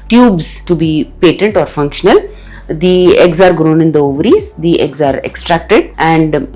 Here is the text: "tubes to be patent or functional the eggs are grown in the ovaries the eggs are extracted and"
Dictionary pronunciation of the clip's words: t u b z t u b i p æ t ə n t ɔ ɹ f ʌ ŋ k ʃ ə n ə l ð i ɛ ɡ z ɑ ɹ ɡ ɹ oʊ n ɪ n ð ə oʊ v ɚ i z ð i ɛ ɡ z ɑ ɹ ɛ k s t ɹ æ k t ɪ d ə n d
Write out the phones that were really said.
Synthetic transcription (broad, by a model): t u b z t u b i p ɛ t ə n t ɔ ɹ f ʌ ŋ k ʃ ə n ə l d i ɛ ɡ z ɑ ɹ ɡ ɹ oʊ n ɪ n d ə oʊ v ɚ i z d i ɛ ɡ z ɑ ɹ ɛ k s t ɹ æ k t ɪ d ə n d